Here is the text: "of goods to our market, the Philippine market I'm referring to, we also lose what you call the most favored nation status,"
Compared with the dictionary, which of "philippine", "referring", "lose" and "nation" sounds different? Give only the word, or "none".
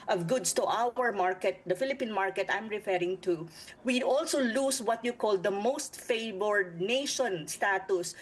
lose